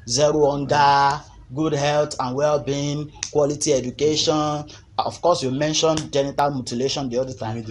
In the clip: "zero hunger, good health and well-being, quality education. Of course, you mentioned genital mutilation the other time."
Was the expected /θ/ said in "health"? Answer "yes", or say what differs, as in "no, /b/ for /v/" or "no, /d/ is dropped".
no, /t/ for /θ/